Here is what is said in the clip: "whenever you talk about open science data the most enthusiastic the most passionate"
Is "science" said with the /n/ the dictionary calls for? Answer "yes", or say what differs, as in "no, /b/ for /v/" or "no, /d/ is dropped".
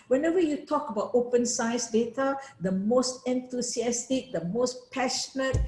no, /n/ is dropped